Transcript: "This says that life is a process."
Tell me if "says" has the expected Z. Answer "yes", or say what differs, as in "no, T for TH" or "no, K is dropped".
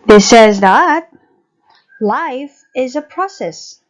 yes